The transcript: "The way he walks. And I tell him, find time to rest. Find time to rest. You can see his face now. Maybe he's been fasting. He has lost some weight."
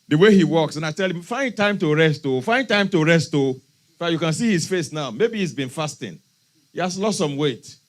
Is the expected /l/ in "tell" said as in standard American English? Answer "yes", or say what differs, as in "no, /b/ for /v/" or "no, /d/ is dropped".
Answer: yes